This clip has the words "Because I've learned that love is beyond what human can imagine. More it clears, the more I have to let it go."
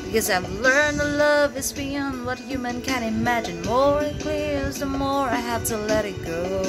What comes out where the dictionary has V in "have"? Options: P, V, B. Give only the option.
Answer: P